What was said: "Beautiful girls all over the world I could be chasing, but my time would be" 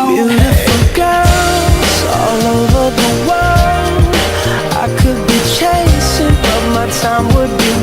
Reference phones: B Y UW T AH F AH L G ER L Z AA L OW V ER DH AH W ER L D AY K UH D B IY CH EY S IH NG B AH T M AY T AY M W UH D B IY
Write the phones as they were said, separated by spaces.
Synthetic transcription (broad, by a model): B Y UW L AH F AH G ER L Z AA L OW V ER DH AH W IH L AY K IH D B IY CH EY S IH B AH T M AY T AY M W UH D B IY